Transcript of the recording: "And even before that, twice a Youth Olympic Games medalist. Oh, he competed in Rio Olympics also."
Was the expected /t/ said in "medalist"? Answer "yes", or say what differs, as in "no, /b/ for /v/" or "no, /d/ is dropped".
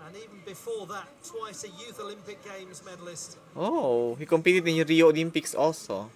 yes